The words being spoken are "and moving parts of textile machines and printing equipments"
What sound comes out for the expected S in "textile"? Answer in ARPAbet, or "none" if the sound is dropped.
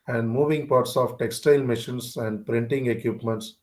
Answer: S